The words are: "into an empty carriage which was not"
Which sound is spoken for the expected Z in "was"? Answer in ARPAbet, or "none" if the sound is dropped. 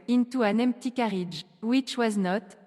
Z